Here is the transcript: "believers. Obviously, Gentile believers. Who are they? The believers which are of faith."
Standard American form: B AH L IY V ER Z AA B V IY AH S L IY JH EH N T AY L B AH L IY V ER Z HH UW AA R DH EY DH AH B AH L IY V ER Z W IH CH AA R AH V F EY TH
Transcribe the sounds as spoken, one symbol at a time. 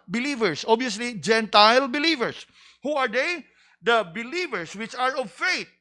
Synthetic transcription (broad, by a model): B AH L IY V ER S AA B IY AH S L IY JH EH N T AY L B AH L IY V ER S HH UW AA R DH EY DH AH B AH L IY V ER S W IH CH AA R AH V F EY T